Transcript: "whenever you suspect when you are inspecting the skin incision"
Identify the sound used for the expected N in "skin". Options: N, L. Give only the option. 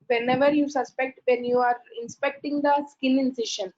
L